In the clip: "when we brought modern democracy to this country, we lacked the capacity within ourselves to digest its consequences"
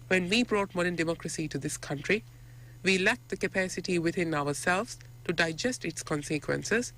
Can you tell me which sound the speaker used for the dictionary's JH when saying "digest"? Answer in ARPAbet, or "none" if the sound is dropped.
JH